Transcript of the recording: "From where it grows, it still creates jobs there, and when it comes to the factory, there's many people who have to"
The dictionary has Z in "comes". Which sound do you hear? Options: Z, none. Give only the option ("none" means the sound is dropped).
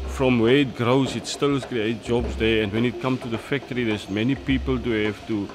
none